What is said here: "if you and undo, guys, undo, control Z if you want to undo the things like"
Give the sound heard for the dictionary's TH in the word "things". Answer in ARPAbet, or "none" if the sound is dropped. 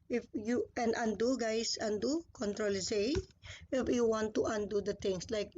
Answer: T